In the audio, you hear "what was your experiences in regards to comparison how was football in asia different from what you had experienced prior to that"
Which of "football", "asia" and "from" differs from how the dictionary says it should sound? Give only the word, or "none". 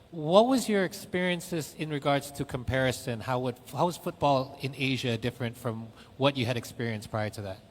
none